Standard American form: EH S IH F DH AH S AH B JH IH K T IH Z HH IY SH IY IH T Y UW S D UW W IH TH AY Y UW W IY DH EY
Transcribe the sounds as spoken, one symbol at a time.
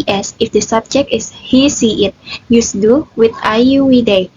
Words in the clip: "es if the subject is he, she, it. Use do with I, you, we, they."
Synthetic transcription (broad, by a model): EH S IH F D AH S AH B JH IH K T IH S HH IY S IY IH T Y UW S D UW W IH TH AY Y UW W IY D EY